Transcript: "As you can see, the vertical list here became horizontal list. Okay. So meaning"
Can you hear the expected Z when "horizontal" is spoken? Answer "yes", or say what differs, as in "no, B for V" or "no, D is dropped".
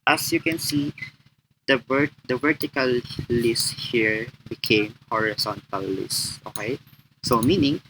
no, S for Z